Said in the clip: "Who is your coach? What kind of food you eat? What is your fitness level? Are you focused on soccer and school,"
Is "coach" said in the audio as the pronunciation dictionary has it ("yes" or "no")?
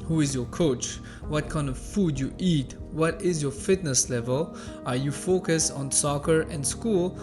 yes